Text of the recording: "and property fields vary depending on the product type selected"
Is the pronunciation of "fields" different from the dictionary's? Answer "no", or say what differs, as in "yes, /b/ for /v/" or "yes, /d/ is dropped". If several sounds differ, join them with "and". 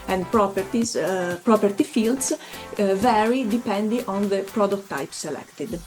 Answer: yes, /s/ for /z/